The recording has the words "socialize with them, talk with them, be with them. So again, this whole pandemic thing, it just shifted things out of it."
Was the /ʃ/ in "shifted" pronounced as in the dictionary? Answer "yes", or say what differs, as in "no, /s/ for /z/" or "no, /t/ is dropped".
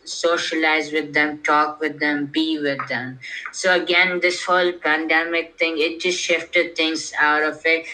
yes